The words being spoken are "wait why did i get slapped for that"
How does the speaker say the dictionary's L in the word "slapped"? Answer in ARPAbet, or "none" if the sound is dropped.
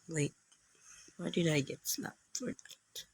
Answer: N